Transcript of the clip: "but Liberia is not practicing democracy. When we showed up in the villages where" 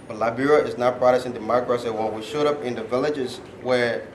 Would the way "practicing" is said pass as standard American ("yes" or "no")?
no